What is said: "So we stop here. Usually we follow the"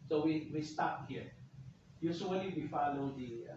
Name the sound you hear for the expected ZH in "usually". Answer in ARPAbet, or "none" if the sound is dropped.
S